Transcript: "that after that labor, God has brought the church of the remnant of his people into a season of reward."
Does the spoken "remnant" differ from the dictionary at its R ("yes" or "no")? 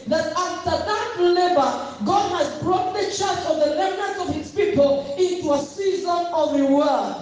yes